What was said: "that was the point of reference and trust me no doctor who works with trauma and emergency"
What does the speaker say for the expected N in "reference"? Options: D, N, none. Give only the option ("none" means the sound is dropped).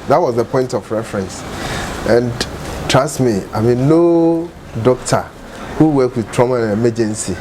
N